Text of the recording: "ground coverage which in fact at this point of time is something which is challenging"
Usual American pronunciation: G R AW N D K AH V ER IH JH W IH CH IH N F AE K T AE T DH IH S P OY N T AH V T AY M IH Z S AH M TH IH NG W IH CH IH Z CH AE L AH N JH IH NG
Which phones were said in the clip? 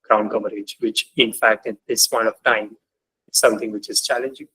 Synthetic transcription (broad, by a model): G R AW N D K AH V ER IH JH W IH CH IH N F AE K T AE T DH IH S P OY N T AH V T AY M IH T S AH M T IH NG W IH CH IH Z CH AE L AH N JH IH NG